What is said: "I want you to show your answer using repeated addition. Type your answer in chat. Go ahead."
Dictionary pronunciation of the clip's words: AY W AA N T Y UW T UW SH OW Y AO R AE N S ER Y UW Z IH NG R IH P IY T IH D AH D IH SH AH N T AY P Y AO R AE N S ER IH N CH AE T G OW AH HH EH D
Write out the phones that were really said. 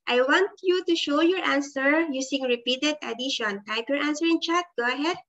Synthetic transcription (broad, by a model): AY W AA N T Y UW T UW SH OW Y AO R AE N S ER Y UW S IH NG R IH P IY T IH D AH D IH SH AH N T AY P Y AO R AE N S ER IH N CH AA T G OW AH HH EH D